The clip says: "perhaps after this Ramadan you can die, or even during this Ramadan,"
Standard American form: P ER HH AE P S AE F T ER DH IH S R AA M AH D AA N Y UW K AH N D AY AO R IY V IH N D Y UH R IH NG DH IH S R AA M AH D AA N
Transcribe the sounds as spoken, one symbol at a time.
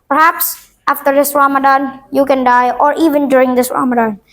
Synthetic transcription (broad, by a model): P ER HH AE P S AE F T ER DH IH S R AA M AH D AA N Y UW K AH N D AY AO R IY V IH N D Y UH R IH NG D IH S R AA M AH D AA N